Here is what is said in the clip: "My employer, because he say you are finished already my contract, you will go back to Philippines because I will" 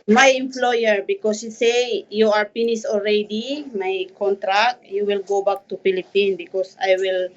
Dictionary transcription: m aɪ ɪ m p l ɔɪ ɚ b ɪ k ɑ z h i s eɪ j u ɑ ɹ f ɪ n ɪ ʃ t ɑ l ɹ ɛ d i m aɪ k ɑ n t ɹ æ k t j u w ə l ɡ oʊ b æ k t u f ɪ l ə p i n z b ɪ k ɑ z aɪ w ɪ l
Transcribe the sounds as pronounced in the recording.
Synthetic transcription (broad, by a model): m aɪ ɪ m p l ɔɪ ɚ b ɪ k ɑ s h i s eɪ j u ɑ ɹ p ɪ n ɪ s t ɑ l ɹ ɛ d i m aɪ k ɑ n t ɹ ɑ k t j u w ə l ɡ oʊ b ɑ k t u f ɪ l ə p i n b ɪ k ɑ s aɪ w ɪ l